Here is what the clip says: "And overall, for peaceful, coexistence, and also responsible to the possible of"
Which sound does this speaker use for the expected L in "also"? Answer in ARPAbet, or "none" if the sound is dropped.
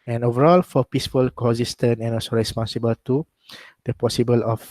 none